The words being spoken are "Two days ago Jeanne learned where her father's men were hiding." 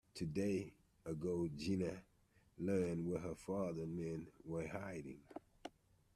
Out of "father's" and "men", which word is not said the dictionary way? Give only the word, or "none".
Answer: father's